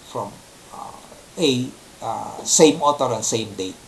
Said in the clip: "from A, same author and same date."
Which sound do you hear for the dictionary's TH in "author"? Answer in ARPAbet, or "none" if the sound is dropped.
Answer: T